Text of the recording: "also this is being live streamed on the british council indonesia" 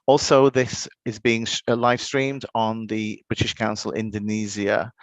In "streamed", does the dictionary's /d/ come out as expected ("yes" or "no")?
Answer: yes